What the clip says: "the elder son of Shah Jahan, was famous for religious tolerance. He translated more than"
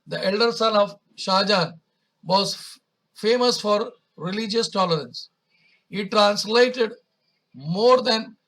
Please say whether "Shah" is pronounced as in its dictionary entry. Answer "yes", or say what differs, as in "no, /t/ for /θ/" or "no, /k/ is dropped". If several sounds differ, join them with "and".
yes